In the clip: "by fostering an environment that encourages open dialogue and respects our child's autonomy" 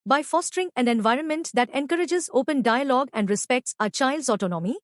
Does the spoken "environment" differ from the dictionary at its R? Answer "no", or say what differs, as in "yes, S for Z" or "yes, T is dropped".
no